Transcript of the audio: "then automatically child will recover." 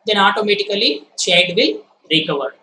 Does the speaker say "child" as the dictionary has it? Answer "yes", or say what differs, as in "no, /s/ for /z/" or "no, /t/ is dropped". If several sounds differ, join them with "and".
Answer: no, /l/ is dropped